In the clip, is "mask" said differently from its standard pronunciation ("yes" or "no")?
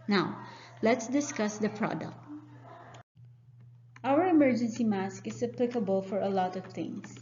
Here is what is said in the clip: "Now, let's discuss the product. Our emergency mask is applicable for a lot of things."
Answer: no